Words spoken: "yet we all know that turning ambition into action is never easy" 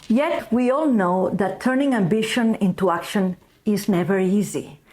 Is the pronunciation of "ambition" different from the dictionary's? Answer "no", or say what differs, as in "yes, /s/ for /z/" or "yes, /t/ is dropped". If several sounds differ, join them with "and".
no